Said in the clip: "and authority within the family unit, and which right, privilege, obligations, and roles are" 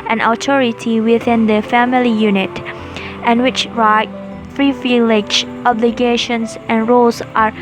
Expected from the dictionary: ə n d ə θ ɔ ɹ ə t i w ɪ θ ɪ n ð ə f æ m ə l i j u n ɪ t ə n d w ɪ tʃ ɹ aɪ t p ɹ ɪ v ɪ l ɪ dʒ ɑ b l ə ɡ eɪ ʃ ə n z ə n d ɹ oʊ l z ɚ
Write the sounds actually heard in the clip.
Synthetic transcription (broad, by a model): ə n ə t ɔ ɹ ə t i w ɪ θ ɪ n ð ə f æ m ə l i j u n ɪ t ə n w ɪ tʃ ɹ aɪ t f ɹ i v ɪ l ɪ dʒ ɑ b l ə ɡ eɪ ʃ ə n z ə n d ɹ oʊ l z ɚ